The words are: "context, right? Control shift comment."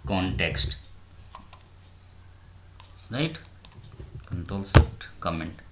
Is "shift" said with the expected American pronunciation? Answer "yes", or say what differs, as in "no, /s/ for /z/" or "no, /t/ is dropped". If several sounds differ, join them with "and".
no, /s/ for /ʃ/